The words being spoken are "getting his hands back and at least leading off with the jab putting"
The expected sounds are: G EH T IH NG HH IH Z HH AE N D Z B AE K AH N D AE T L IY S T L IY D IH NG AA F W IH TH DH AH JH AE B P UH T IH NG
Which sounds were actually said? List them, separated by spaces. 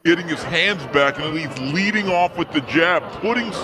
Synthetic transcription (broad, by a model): EH T IH NG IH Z HH AE N D Z B AE K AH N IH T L IY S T L IY D IH NG AA F W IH DH AH JH AE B P UH T IH NG